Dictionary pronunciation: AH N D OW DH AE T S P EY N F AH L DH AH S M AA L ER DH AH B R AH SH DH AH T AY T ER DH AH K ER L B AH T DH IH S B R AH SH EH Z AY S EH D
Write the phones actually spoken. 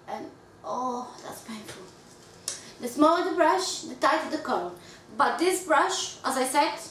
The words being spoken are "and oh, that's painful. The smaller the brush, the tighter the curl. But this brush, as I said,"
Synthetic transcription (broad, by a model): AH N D OW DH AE T S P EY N F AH L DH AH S M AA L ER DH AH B R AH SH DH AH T AY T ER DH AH K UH N B AH T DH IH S B R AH SH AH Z AY S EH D